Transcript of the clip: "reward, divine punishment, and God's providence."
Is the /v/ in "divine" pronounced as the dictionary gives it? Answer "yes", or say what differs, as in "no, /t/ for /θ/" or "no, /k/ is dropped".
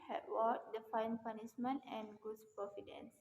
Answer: no, /f/ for /v/